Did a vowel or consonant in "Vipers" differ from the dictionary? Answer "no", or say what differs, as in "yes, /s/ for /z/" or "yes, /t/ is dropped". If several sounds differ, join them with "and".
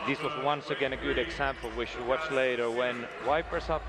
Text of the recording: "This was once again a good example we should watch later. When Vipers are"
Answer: yes, /w/ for /v/ and /s/ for /z/